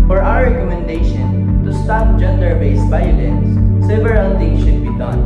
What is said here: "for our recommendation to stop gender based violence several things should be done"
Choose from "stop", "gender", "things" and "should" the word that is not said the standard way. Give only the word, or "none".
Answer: things